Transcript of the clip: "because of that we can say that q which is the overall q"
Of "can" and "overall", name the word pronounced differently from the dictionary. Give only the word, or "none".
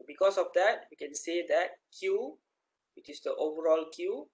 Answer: none